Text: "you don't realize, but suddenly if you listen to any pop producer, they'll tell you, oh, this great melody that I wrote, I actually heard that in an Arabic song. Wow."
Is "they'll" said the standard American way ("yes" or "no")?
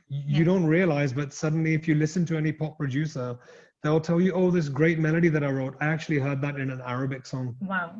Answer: yes